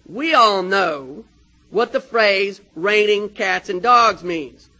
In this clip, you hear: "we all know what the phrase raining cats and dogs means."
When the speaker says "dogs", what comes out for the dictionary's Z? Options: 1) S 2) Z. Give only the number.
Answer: 2